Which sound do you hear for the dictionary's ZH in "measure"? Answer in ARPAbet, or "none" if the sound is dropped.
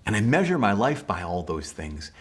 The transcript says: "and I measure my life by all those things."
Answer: ZH